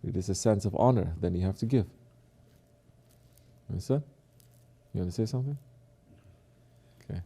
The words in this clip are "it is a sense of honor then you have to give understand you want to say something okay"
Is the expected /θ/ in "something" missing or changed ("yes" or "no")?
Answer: no